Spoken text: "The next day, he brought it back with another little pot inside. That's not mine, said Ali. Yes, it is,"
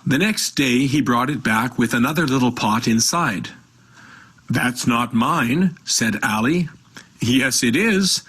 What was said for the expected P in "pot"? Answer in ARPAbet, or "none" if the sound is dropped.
P